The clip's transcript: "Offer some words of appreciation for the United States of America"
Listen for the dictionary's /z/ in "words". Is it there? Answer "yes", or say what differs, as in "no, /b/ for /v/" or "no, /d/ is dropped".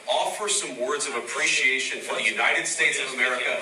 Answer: yes